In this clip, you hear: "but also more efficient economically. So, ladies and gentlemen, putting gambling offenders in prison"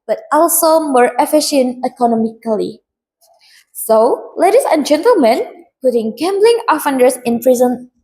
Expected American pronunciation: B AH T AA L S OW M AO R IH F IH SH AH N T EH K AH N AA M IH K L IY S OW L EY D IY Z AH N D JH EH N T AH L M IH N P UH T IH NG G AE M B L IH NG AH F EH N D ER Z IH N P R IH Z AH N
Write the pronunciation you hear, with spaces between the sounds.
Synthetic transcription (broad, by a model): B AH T AA L S OW M AO R IH F IH SH AH N T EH K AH N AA M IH K L IY S OW L EY D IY S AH N JH EH N T AH L M IH N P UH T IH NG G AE M B L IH NG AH F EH N D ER S IH N P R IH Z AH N